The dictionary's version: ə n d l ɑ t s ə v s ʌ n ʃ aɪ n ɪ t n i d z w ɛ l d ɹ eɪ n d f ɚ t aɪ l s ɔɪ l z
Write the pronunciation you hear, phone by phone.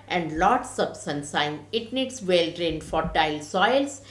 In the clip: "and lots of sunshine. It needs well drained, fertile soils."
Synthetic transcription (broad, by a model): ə n d l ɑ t s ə b s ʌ n s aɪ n ɪ t n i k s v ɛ l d ɹ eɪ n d f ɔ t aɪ l s ɔɪ l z